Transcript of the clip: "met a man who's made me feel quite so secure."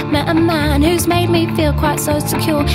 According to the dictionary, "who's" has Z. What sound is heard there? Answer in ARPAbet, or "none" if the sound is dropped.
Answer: Z